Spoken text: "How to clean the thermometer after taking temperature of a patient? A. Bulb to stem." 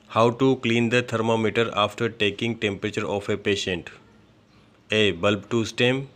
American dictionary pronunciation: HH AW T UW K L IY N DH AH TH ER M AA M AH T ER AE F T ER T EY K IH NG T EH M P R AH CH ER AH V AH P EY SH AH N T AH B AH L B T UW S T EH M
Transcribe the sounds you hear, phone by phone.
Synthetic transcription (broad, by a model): HH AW T UW K L IY N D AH T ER M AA M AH T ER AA F T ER T EY K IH NG T EH M P R AH CH ER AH F AH P EY SH AH N T AH B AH L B T UW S T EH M